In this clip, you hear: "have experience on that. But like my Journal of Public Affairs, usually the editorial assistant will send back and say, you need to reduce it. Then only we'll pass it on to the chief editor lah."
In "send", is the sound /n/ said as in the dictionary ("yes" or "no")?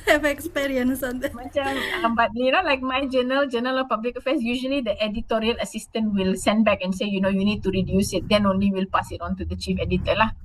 yes